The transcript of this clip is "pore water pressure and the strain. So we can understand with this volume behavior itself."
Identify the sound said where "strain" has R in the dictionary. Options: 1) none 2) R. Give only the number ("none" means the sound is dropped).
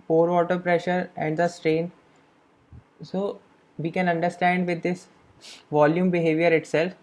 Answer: 2